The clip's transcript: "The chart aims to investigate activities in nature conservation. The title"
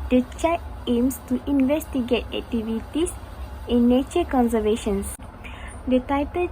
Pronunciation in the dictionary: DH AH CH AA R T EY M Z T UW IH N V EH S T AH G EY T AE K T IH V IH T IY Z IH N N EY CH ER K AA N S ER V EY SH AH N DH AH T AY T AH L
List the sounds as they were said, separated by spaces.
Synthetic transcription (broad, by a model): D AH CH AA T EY M S T UW IH N V EH S T AH G EY T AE K T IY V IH T IY S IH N N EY CH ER K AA N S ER V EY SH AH N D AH T AY T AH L